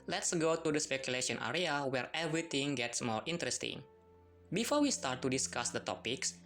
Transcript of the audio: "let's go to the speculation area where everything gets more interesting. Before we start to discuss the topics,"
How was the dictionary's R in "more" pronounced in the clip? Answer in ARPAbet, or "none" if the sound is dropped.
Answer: R